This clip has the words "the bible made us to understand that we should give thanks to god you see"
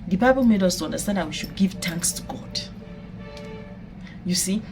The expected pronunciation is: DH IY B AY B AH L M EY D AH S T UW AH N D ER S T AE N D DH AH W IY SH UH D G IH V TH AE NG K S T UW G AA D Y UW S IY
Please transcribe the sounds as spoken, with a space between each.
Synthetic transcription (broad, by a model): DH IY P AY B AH N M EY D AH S T UW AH N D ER S T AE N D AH W IY SH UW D G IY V T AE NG K S T UW G AA D Y UW S IY